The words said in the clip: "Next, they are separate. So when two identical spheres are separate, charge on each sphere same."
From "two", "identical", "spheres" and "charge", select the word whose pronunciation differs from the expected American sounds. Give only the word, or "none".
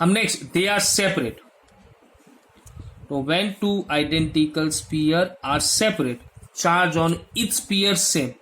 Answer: spheres